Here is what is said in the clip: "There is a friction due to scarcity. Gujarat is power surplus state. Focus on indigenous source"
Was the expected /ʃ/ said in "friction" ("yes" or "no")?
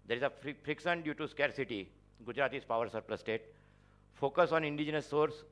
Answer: no